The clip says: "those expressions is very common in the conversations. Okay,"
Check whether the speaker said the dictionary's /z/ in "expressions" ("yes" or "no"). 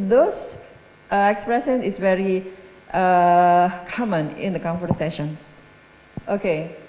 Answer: no